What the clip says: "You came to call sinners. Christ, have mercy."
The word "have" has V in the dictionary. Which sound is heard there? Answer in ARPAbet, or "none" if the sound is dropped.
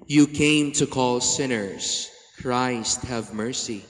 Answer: V